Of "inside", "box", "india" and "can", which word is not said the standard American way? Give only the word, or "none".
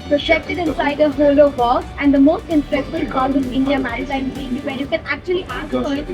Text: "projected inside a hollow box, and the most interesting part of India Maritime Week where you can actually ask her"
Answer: box